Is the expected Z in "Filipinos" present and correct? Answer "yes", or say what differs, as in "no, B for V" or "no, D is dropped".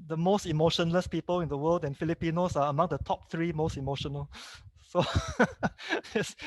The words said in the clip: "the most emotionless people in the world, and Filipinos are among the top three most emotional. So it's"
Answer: no, S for Z